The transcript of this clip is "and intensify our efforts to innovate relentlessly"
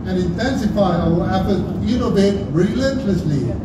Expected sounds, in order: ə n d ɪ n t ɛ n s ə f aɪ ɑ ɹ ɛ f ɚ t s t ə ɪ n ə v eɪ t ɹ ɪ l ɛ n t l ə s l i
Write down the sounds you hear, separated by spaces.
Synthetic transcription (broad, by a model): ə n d ɪ n t ɛ n s ə f aɪ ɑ w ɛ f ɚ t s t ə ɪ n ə b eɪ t ɹ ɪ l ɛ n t l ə s l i